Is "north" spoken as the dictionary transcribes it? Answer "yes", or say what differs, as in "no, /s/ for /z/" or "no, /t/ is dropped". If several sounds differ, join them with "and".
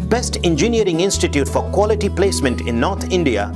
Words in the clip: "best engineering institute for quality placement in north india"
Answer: no, /t/ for /θ/